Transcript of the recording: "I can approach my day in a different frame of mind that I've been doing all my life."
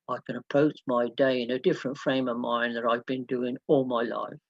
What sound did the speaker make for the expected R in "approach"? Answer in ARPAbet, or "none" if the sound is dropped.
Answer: none